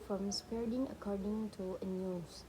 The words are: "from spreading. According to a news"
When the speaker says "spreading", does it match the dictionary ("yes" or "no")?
no